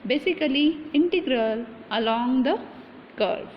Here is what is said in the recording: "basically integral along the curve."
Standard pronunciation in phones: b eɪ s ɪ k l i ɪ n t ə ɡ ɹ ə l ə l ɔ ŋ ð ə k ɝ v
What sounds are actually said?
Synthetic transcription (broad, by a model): b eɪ s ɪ k l i ɪ n t ə ɡ ɹ ə l ə l ɔ ŋ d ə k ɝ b